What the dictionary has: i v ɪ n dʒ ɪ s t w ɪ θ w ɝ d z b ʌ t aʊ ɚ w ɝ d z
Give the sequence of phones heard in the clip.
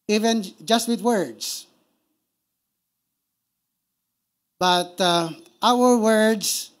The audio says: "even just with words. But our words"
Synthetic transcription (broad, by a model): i v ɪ n dʒ ɪ s t w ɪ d w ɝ d s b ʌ t aʊ ɚ w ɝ d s